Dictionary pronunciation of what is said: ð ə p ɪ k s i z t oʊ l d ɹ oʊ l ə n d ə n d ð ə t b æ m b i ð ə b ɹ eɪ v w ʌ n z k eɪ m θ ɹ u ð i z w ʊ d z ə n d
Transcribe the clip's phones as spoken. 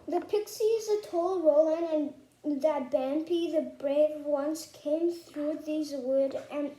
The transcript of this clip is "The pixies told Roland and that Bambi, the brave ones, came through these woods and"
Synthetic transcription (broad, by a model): ð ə p ɪ k s i z t oʊ l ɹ oʊ l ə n ə n ð ə t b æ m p i ð ə b ɹ eɪ v w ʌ n s k eɪ m θ ɹ u ð i z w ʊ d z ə n